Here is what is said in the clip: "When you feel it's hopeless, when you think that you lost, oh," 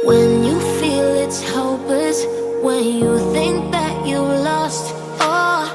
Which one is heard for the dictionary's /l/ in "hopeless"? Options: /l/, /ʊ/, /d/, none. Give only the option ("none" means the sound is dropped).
none